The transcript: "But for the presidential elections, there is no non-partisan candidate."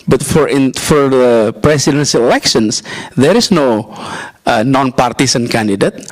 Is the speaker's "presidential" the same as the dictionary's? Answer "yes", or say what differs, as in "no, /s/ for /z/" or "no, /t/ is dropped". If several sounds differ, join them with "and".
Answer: no, /s/ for /z/ and /s/ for /ʃ/